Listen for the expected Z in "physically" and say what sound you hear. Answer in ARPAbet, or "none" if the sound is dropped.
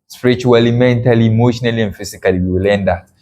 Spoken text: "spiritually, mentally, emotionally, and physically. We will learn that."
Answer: S